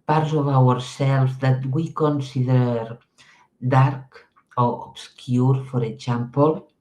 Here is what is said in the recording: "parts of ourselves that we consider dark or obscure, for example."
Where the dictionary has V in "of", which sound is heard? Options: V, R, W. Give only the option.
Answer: W